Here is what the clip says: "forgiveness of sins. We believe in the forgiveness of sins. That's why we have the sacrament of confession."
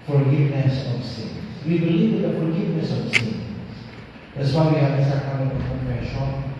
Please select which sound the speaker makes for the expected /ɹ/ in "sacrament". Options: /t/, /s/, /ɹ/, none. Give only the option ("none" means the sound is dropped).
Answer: none